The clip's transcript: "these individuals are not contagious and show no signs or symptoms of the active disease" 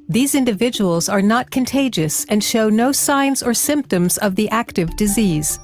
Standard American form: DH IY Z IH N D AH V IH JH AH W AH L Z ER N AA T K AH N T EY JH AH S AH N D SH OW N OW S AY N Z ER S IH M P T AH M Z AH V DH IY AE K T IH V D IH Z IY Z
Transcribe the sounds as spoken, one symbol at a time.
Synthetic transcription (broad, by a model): DH IY Z IH N D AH V IH JH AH W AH L Z ER N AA T K AH N T EY JH AH S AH N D SH OW N OW S AY N Z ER S IH M P T AH M Z AH V DH IY AE K T IH V D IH Z IY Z